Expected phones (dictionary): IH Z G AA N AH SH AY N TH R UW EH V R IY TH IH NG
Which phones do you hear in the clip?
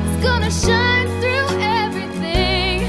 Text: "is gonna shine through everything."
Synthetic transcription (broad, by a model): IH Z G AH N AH SH AY N TH R UW EH V R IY TH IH NG